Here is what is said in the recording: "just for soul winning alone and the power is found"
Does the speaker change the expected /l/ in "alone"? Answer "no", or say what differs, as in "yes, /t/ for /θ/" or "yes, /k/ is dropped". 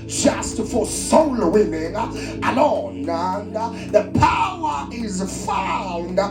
yes, /n/ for /l/